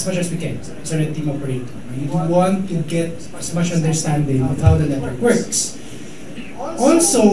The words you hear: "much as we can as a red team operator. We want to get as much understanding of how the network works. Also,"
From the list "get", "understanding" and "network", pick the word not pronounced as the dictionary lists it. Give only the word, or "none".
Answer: network